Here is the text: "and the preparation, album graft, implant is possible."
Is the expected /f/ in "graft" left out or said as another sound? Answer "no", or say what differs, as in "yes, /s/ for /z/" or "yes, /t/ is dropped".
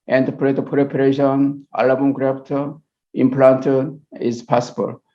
yes, /p/ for /f/